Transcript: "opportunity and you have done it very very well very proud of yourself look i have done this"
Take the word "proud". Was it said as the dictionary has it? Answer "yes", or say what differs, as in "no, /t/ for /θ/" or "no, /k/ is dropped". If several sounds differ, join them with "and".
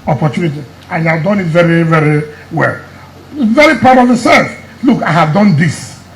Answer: no, /ɹ/ is dropped